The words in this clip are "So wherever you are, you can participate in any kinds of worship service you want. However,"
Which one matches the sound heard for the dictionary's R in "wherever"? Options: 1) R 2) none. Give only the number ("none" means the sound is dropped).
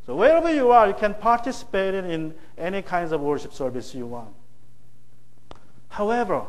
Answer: 1